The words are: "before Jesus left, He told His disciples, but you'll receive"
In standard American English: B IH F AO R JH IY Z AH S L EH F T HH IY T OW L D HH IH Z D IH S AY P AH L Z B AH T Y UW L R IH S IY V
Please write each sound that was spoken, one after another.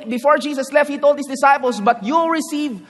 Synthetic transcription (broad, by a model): B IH F AO R JH IY S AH S L EH F T HH IY T OW L D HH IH S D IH S AY P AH L S B AH T Y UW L R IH S IY V